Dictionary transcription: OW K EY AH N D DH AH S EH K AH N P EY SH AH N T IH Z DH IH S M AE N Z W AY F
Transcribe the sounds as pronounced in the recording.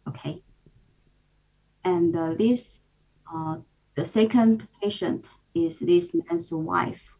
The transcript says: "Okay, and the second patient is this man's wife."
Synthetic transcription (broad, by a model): OW K EY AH N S DH AH S EH K AH N P EY SH AH N T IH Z DH IH S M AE N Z W AY F